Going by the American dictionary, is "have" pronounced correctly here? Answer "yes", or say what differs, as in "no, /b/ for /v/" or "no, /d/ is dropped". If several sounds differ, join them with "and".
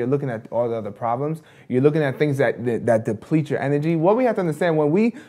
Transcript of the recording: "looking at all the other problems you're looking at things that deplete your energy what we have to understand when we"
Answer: no, /f/ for /v/